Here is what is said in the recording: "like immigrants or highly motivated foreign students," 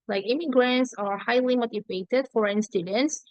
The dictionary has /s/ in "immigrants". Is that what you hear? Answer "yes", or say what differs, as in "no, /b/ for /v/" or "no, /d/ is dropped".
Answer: yes